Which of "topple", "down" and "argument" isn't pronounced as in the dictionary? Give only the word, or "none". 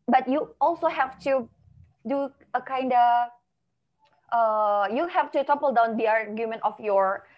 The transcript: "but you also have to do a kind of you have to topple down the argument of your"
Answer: none